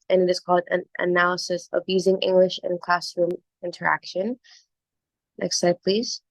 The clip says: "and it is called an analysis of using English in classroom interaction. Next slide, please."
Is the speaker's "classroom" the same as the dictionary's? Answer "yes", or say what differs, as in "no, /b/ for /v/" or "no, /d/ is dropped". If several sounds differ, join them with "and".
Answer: yes